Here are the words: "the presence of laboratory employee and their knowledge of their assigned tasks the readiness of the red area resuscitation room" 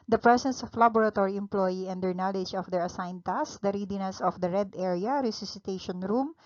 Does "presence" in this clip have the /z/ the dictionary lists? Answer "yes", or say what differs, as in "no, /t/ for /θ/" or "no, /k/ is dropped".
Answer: no, /s/ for /z/